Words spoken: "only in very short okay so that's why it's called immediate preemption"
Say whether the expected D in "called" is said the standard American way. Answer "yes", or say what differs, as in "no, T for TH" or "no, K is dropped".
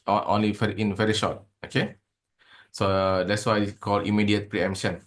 no, D is dropped